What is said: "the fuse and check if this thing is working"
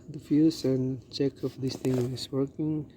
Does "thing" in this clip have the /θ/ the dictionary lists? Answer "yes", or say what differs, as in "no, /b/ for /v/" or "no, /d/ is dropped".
no, /t/ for /θ/